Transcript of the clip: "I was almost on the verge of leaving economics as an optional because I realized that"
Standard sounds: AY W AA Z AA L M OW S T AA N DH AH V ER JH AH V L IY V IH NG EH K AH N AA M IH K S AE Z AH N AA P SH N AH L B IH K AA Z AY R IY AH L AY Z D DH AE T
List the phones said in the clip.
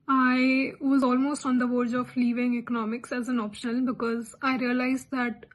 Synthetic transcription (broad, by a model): AY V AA Z AA L M OW S T AA N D AH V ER JH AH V L IY V IH NG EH K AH N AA M IH K S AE Z AH N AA P SH AH N B IH K AA Z AY R IY AH L AY Z D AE T